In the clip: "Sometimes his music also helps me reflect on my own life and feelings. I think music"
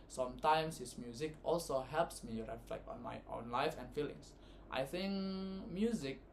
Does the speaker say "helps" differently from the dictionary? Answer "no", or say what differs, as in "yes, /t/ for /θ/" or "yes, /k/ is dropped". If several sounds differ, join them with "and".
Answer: no